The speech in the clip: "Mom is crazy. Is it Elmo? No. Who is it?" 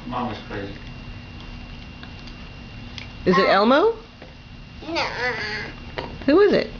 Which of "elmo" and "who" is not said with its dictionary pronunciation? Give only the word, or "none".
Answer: none